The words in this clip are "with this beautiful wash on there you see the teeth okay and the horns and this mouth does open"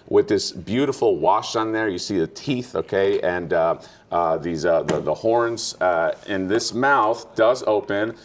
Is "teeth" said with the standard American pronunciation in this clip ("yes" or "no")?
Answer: yes